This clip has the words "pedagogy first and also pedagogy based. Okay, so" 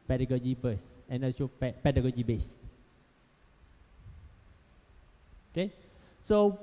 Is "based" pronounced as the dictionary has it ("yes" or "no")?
no